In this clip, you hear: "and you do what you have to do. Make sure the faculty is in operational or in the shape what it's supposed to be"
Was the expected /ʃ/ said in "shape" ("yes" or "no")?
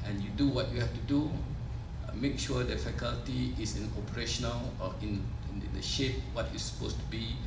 yes